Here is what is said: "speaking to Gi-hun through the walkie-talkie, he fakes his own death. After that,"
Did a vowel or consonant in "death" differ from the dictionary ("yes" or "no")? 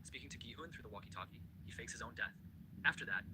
no